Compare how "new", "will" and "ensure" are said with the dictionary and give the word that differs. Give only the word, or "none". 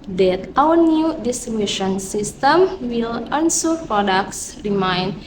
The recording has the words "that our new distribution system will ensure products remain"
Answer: ensure